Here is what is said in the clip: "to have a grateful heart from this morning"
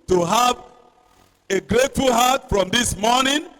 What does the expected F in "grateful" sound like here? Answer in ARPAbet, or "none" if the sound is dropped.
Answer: F